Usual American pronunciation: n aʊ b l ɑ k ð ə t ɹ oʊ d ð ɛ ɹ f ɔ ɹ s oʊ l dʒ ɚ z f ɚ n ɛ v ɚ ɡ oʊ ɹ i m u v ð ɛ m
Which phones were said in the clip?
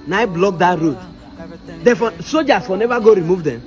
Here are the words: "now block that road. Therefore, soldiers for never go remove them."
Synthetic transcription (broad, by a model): n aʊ b l ɑ k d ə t ɹ oʊ d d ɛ f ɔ s oʊ dʒ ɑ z f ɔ n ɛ v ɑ ɡ oʊ ɹ i m u v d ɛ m